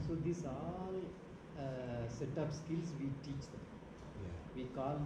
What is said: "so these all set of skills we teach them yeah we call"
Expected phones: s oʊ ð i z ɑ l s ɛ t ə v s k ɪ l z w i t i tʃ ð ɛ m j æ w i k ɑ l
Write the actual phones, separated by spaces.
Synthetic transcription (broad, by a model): s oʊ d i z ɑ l s ɛ t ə p s k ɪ l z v i t i tʃ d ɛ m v i k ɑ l